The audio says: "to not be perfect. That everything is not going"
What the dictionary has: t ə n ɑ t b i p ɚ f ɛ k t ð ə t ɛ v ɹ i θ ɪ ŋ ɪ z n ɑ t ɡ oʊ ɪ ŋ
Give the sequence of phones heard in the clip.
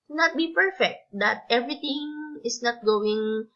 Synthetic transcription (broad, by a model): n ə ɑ t b i p ɚ f ɛ k t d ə t ɛ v ɹ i t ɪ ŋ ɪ s n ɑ t ɡ oʊ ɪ ŋ